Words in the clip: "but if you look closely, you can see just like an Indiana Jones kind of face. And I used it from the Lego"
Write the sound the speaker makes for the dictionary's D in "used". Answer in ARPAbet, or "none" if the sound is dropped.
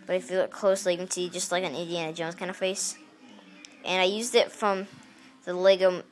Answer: D